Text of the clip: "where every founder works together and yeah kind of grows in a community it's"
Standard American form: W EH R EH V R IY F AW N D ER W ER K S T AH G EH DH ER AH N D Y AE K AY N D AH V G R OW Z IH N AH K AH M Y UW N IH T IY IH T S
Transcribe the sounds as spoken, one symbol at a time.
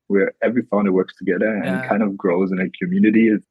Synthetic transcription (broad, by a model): W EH R EH V R IY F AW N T W ER K S T AH G EH DH ER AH N K AY N D AH V G R OW Z IH N AH K AH M Y UW N IH T IY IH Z